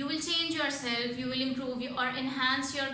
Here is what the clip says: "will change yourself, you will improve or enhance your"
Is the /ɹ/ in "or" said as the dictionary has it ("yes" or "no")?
yes